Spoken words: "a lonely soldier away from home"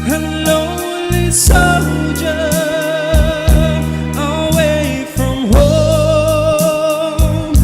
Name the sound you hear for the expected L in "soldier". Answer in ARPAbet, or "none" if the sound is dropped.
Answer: none